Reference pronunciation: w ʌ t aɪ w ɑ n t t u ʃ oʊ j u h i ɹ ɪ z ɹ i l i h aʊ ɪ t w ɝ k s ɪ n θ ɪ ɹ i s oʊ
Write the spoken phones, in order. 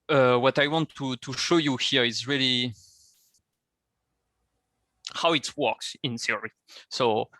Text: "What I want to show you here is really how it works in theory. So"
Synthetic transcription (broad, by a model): w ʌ t aɪ w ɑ n t t u ʃ oʊ j u h i ɹ ɪ z ɹ i l i h aʊ ɪ t w ɝ k s ɪ n s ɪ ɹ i s oʊ